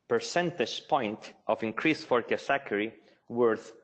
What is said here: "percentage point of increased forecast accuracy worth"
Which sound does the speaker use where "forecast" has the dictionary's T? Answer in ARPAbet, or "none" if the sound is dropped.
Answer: none